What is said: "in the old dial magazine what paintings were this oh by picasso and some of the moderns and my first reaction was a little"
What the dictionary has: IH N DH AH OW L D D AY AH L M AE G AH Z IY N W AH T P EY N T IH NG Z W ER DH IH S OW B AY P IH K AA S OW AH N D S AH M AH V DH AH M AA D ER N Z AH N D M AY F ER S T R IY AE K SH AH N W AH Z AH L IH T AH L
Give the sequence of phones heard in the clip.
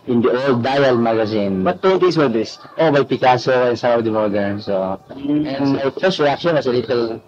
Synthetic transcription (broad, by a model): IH N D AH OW L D D AY AH L M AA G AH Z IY N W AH T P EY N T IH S W ER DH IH S OW B AY P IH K AA S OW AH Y S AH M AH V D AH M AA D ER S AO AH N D M AY F ER S T R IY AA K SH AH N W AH S AH L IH T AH L